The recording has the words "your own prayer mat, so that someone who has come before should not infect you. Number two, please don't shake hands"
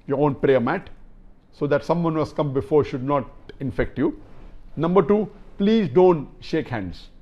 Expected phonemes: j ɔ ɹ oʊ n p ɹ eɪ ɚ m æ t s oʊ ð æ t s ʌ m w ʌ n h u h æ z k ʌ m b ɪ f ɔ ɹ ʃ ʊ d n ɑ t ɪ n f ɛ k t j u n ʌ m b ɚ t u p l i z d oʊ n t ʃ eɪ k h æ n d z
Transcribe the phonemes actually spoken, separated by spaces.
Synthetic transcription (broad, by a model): j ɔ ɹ oʊ n p ɹ eɪ ɚ m æ t s oʊ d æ t s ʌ m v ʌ n h u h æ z k ʌ m b ɪ f ɔ ɹ ʃ ʊ d n ɑ t ɪ n f ɛ k t j u n ʌ m b ɚ t u p l i z d oʊ n t ʃ eɪ k h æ n d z